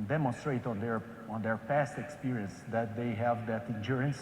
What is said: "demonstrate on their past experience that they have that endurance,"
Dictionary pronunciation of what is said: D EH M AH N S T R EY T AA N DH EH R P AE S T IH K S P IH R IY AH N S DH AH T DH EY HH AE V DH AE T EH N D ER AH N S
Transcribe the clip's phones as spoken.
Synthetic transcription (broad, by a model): D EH M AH N S T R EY T AA N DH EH R P AE S T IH K S P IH R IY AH N S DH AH T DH EY HH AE V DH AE T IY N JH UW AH N S